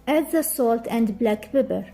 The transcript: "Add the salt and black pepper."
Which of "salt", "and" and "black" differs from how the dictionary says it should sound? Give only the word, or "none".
none